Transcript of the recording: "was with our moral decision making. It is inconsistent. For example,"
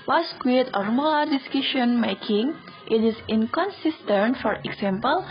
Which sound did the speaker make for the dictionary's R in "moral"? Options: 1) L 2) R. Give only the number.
1